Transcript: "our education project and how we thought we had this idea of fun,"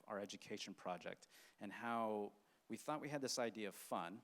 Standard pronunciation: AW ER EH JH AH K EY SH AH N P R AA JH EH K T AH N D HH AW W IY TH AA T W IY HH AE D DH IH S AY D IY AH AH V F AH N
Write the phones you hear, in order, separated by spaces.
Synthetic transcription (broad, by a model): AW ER EH JH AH K EY SH N P R AA JH EH K T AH N HH AW W IY TH AA T W IY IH D DH IH S AY D IY AH AH V F AH N